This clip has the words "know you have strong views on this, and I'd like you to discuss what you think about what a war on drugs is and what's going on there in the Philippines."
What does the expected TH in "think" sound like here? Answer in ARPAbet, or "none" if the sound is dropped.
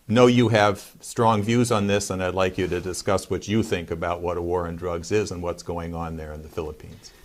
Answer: TH